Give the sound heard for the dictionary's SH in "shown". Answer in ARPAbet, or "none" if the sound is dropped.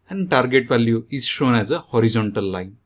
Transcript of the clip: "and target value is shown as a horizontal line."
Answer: SH